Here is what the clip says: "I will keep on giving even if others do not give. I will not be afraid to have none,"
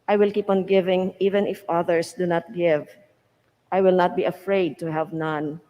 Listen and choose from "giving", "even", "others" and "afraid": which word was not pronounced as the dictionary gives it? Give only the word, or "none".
others